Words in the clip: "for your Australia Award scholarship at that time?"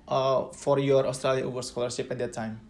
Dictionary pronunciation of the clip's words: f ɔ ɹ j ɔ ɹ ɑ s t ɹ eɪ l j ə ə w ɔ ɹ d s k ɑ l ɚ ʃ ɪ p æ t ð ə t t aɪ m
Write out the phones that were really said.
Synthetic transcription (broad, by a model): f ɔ ɹ j ɔ ɹ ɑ s t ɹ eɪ l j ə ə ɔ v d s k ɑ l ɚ s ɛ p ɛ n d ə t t aɪ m